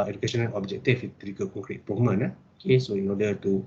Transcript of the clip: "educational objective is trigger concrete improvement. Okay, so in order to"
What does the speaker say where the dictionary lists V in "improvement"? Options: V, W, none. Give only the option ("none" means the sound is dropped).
none